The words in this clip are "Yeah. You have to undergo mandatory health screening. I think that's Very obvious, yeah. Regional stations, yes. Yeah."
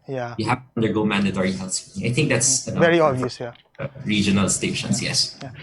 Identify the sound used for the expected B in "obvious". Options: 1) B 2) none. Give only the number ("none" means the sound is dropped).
2